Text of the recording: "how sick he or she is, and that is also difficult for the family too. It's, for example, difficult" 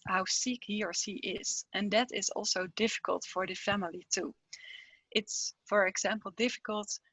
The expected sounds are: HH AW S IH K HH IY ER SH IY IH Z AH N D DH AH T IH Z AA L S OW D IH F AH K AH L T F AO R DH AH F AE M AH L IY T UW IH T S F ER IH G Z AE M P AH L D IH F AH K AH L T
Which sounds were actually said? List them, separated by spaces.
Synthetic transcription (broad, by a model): HH AW S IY K HH IY ER S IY IH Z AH N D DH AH T IH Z AA L S OW D IH F AH K AH L T F AO R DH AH F AE M AH L IY T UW IH T S F ER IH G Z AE M P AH L D IH F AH K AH L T